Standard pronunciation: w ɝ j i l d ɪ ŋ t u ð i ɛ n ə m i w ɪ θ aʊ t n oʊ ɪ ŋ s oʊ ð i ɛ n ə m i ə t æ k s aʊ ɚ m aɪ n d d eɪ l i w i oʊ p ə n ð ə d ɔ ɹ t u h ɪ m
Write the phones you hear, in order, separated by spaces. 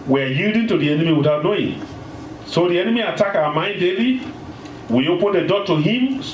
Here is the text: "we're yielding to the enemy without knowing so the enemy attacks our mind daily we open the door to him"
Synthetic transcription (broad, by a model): w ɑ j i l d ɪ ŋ t u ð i ɛ n ə m i w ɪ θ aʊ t n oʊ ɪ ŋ s oʊ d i ɛ n ə m i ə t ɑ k aʊ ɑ m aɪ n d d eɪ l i w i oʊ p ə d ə d ɔ t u h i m